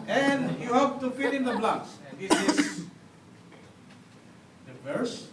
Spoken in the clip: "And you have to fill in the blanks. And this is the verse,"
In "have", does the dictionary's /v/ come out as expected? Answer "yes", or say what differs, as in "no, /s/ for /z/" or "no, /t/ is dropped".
no, /p/ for /v/